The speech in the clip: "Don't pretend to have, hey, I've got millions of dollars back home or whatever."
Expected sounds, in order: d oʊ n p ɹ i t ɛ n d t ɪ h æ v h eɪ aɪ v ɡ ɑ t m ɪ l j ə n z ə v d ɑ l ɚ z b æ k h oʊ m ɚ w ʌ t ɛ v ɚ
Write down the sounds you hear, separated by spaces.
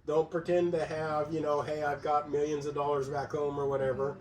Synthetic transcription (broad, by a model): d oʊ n p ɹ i t ɛ n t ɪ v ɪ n h eɪ aɪ v ɡ ɑ t m ɪ l j ə n z ə v d ɑ l ɚ z b æ k h oʊ m ɚ w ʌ t ɛ v ɚ